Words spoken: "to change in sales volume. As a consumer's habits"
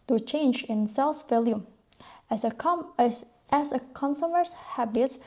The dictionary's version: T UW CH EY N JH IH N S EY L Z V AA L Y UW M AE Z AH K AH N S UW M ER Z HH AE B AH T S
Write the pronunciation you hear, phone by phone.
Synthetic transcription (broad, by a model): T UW CH EY N JH IH N S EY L S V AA L Y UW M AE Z AH K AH N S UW M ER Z HH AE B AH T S